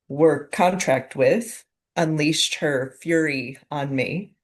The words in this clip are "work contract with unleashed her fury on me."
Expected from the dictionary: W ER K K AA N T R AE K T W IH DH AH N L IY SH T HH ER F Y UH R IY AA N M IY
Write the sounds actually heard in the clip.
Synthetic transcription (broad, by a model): W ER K K AA N T R AE K T W IH DH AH N L IY S T HH ER F Y UH R IY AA N M IY